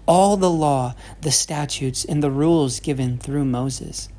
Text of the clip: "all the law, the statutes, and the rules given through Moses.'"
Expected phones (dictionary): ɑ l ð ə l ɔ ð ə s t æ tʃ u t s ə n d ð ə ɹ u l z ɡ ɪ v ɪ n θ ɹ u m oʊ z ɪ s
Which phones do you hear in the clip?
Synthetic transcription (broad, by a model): ɑ l ð ə l ɔ ð ə s t æ tʃ u t s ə n ð ə ɹ u l z ɡ ɪ v ɪ n θ ɹ u m oʊ z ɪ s